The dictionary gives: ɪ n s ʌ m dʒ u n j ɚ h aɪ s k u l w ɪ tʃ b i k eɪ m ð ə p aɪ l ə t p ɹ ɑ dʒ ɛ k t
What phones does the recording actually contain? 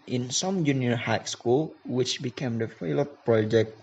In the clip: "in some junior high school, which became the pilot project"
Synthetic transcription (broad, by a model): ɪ n s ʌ m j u n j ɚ h aɪ s k u l w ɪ tʃ b i k eɪ m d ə f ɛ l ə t p ɹ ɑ dʒ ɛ k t